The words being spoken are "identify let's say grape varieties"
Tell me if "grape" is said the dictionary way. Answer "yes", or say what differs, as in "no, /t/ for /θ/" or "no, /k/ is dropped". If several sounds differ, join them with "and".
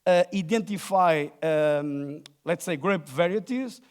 yes